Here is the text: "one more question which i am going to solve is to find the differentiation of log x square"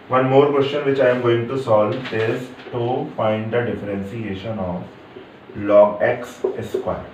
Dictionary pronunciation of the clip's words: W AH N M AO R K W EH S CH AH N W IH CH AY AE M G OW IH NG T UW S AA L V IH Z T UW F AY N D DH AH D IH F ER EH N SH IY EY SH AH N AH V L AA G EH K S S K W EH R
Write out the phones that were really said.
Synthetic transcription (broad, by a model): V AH N M AO R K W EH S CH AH N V IH CH AY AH M G OW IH NG T UW S AA L V IH Z T UW F AY N D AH D IH F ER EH N S IY EY SH AH N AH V L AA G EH K S S K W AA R